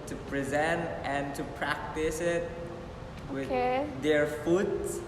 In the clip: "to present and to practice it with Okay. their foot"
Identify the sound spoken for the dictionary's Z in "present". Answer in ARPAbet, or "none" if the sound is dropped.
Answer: Z